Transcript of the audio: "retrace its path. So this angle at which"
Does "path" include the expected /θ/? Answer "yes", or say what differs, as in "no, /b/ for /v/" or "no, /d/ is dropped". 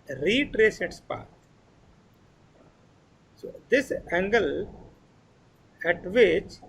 no, /t/ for /θ/